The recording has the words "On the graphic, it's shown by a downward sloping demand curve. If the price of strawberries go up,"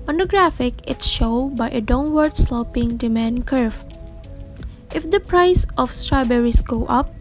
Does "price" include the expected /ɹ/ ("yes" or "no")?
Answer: yes